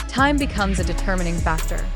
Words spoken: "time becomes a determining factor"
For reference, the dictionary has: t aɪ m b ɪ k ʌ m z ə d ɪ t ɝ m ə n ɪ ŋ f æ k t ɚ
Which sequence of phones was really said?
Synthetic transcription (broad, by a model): t aɪ m b ɪ k ʌ m z ə d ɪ t ɝ m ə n ɪ ŋ f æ k t ɚ